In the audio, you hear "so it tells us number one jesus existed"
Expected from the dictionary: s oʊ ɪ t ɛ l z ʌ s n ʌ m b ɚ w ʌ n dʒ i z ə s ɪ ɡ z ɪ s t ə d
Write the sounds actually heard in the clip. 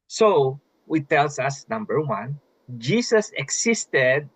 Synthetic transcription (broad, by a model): s oʊ ɪ t ɛ l s ʌ s n ʌ m b ɚ w ʌ n dʒ i s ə s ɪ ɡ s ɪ s t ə d